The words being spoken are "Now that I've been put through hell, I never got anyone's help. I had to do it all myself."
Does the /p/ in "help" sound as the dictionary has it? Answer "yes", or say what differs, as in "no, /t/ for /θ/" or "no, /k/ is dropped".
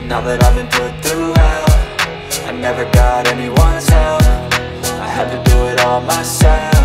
no, /f/ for /p/